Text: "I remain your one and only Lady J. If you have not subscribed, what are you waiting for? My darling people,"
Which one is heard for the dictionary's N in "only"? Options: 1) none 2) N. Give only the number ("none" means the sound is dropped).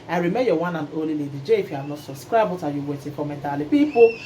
1